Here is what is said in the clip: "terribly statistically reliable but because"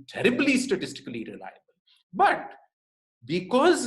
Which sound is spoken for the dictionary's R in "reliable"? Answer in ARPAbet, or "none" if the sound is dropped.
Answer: R